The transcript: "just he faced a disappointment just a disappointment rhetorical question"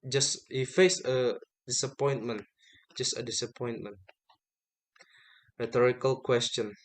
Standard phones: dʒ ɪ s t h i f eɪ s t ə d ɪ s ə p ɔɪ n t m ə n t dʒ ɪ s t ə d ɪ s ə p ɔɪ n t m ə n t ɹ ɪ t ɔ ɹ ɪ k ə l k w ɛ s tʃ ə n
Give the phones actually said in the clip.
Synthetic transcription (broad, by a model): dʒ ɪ s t h i f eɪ s ə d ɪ s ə p ɔɪ n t m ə n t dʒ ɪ s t ə d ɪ s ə p ɔɪ n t m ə n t ɹ ɪ t ɔ ɹ ɪ k ə l k w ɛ s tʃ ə n